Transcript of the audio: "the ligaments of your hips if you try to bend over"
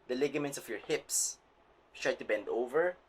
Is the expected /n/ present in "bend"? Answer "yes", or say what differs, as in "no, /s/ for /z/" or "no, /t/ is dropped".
yes